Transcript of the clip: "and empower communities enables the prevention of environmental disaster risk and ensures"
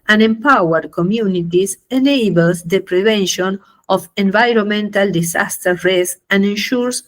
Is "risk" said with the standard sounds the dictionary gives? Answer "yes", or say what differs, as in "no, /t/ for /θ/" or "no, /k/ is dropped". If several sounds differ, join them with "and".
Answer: no, /k/ is dropped